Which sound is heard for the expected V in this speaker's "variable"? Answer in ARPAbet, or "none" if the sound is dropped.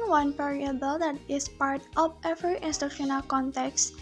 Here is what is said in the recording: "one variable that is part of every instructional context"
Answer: P